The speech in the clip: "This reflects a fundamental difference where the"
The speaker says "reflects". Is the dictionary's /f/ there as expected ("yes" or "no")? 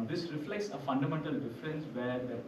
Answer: yes